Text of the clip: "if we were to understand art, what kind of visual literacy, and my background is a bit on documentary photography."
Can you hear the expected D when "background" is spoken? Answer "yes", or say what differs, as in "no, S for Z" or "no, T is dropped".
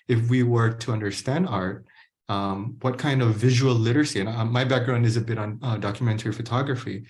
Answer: yes